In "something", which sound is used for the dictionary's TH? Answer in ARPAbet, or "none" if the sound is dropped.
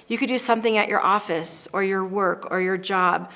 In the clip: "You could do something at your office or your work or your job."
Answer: TH